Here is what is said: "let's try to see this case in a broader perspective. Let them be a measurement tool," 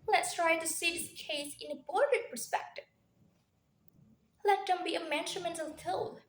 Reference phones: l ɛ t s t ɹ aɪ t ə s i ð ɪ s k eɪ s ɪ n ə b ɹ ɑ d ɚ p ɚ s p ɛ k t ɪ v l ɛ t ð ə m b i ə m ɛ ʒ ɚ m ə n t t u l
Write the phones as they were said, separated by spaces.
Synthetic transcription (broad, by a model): l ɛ t s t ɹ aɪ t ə s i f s k eɪ s ɪ n ə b ɑ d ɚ p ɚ s p ɛ k t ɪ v l ɛ t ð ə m b i ə m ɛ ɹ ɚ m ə n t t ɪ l